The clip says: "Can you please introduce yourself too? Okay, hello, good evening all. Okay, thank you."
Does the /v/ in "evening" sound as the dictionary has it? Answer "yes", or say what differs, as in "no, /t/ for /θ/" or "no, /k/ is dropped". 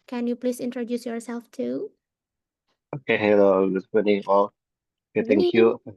no, /v/ is dropped